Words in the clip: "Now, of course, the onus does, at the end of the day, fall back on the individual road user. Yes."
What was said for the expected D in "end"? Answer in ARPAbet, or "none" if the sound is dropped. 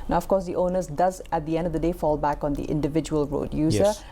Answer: D